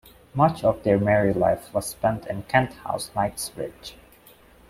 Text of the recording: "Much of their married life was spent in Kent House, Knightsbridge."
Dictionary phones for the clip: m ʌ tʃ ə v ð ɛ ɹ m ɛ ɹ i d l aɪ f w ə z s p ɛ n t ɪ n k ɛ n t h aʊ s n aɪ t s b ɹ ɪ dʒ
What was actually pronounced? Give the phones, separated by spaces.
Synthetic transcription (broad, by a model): m ʌ tʃ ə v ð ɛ ɹ m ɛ ɹ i l aɪ f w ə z s p ɛ n t ɪ n k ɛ n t h aʊ s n aɪ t s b ɹ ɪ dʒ